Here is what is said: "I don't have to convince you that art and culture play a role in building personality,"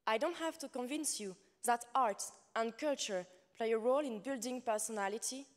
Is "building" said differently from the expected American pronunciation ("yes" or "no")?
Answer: no